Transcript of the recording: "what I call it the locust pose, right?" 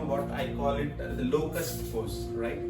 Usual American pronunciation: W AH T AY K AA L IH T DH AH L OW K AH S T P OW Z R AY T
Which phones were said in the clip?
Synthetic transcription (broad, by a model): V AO T AY K AA L IH T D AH L OW K AH S T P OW S R AY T